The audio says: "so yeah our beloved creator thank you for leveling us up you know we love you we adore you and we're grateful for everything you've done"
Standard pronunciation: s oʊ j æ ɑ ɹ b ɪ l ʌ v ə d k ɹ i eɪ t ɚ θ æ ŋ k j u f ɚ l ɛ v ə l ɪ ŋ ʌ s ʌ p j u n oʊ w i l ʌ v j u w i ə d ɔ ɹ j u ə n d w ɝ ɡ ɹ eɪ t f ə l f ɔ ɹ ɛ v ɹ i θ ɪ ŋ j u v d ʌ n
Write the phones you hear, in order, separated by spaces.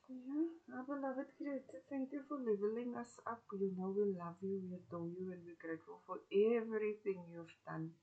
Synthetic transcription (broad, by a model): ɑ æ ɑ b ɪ l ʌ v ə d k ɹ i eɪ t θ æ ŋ k j u f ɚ l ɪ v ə l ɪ ŋ ʌ s ʌ p j u n oʊ w i l ʌ v j u w i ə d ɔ j u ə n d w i ɡ ɹ eɪ t f ə l f ɔ ɹ ɛ v ɹ i θ ɪ ŋ j u v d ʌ n